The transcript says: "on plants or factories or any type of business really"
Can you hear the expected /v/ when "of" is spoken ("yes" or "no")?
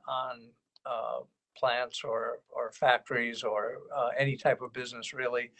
yes